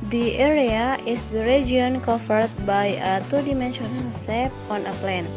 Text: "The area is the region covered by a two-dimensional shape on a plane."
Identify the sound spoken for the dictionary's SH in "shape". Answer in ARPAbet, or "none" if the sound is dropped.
S